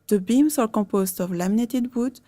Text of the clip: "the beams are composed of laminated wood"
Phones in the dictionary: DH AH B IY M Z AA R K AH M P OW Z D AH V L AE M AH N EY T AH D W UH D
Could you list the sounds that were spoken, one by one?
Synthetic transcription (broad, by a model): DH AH B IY M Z AA R K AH P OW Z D AH V L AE M N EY T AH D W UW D